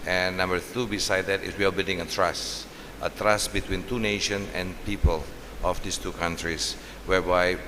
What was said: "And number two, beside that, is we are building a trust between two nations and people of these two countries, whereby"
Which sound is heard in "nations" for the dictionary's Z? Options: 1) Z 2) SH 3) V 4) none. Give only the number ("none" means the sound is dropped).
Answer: 4